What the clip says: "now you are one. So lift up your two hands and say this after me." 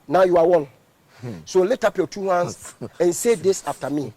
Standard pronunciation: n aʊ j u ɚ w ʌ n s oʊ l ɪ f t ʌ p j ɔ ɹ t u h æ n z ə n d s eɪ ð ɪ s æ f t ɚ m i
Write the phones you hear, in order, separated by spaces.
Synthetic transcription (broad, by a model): n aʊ j u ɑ w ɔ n s oʊ l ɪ t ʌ p j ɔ t u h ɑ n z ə n s eɪ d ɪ s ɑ f t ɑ m i